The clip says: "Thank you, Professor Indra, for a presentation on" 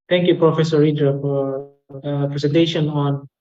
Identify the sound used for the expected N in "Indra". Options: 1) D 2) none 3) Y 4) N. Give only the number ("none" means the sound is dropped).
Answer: 2